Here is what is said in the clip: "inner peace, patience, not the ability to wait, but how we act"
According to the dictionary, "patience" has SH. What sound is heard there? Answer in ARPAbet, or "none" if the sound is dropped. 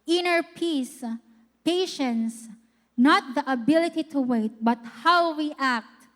SH